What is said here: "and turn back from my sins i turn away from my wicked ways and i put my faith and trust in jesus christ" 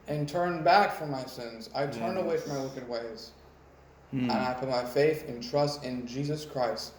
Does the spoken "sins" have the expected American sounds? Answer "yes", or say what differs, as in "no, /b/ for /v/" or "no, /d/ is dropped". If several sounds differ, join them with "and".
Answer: yes